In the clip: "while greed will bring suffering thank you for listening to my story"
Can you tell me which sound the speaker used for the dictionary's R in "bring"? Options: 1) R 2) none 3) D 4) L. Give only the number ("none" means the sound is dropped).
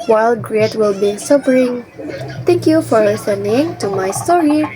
2